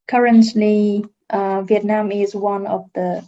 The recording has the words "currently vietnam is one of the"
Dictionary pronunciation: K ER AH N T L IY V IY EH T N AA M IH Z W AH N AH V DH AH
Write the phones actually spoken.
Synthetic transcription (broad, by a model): K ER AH N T L IY V IY EH T N AA M IH Z W AH N AH V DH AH